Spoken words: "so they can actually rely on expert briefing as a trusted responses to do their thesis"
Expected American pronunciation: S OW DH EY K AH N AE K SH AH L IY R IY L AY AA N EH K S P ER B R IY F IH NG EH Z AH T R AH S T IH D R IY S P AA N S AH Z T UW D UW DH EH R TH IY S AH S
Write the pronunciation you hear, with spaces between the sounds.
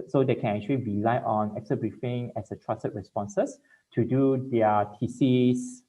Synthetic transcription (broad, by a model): S OW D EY K AH N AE K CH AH L IY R IY L AY AA N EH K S ER B R IY F IH NG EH S AH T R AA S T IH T R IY S P AA N S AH S T UW D UW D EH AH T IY S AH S